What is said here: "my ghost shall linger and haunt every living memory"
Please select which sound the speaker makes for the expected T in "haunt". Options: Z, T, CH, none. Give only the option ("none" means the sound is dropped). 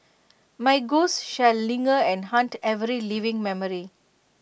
T